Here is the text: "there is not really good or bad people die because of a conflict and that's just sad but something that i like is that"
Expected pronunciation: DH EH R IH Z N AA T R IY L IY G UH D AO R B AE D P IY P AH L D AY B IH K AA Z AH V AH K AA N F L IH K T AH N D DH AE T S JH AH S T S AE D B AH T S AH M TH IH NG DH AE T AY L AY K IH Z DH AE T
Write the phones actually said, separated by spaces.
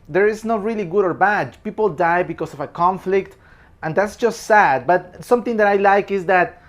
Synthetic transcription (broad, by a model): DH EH R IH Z N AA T R IY L IY G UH D AO R B AE D P IY P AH L D AY B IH K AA S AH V AH K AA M F L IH K T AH N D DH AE T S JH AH S T S AE D B AH T S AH M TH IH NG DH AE T AY L AY K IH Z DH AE T